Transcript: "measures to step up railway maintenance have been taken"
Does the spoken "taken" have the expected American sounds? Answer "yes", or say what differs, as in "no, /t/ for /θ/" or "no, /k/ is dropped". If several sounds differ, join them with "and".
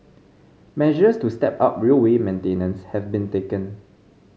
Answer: yes